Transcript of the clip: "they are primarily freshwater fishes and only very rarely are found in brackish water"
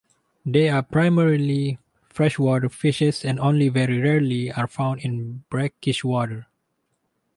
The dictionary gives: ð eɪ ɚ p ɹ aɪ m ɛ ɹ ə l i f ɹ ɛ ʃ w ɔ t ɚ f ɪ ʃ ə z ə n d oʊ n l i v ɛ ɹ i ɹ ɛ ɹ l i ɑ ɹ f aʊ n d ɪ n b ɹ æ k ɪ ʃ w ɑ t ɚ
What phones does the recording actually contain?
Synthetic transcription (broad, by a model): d eɪ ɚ p ɹ aɪ m ɛ ɹ ə l i f ɹ ɛ ʃ w ɔ t ɚ f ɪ ʃ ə s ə n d oʊ n l i v ɛ ɹ i ɹ ɛ ɹ l i ɑ ɹ f aʊ n d ɪ n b ɹ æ k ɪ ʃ w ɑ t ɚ